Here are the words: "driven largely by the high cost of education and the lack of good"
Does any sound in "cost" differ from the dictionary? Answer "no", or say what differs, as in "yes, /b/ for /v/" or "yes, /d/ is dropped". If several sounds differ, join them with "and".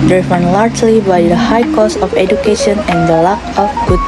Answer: yes, /t/ is dropped